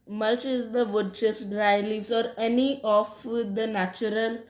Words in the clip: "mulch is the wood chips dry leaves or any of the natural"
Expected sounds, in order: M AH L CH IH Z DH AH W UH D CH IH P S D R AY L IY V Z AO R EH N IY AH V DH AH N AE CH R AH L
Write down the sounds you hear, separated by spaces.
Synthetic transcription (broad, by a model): M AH L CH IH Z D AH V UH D SH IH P S D R AY L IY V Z AO R EH N IY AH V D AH N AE CH R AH L